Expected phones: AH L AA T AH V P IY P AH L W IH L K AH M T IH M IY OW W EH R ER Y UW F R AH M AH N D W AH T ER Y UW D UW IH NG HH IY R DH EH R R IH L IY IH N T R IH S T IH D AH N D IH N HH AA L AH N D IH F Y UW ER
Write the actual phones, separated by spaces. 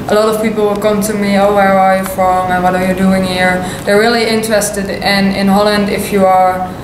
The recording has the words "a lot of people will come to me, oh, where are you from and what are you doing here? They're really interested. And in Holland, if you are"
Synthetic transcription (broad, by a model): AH L AA T AH V P IY P L W IH L K AH M T IH M IY OW W EH R ER Y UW F R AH M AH N W AH T ER Y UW D UW IH NG HH IY R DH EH R R IH L IY IH N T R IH S T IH D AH N IH N HH AA L AH N D IH F Y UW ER